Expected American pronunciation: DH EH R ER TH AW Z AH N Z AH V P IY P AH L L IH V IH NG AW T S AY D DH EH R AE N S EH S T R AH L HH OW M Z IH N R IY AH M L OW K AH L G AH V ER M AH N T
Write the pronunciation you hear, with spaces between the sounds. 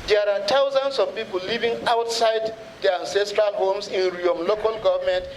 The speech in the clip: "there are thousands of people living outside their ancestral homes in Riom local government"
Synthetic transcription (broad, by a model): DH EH R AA T AW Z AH N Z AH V P IY P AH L L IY V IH NG AW T S AY D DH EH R AE N S EH S T R AH L HH OW M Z IH N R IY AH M L OW K AH L G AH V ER M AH N T